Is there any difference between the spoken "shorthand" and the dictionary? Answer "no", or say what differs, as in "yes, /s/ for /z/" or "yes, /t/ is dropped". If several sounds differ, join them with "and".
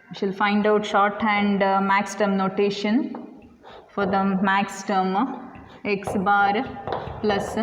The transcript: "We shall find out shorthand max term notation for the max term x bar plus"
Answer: no